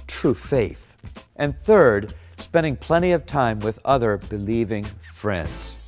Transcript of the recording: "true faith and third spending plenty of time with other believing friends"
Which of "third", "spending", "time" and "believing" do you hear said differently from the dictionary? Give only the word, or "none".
none